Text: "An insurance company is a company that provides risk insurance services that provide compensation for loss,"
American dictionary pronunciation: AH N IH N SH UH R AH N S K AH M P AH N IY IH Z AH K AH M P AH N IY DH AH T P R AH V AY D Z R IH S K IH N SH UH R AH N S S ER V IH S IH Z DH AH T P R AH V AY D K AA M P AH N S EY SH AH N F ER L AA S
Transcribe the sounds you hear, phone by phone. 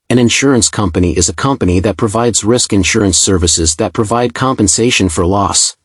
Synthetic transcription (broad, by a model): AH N IH N SH UH R AH N S K AH M P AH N IY IH Z AH K AH M P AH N IY DH AH T P R AH V AY D Z R IH S K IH N SH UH R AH N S S ER V IH S IH Z DH AH T P R AH V AY D K AA M P AH N S EY SH AH N F ER L AA S